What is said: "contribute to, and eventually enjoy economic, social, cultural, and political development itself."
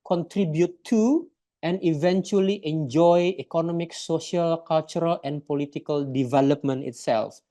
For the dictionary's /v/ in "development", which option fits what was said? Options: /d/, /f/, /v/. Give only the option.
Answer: /v/